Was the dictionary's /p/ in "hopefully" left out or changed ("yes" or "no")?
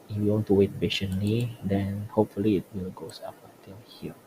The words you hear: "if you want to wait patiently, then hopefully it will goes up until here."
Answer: no